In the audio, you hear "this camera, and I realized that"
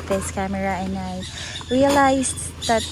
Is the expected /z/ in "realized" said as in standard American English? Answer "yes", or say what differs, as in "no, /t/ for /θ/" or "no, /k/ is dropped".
no, /s/ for /z/